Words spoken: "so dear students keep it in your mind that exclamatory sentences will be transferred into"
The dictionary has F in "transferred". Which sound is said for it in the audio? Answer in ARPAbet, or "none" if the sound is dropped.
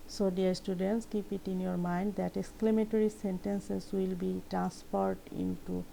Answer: P